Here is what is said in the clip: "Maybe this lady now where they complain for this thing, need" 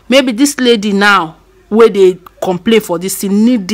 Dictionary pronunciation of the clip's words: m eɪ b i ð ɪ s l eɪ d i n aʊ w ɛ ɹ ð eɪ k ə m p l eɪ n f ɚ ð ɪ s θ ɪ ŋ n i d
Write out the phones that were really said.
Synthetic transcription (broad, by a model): m eɪ b i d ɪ s l eɪ d i n aʊ w ɛ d eɪ k ə m p l eɪ n f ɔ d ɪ s t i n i d